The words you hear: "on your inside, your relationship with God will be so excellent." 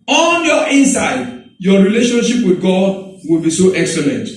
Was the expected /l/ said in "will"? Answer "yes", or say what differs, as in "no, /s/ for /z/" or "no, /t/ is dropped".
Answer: yes